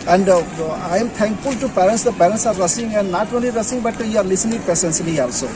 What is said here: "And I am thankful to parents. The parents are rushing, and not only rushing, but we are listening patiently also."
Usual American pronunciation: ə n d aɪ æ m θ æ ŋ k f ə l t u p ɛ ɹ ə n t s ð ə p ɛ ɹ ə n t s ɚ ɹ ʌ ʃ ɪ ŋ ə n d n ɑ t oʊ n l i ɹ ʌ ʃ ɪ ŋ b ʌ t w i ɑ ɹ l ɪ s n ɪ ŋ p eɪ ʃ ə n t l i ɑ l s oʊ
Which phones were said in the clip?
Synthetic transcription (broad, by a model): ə n d aɪ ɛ m t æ ŋ k f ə l t u p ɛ ɹ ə n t s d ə p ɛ ɹ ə t s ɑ ɹ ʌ s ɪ ŋ ə n d n ɑ t oʊ n l i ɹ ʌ s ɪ ŋ b ʌ t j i ɑ ɹ l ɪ s n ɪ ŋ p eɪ s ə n s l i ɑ l s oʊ